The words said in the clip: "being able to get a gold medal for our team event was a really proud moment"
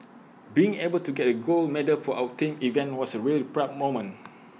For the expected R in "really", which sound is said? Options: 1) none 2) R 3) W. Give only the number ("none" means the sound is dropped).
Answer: 2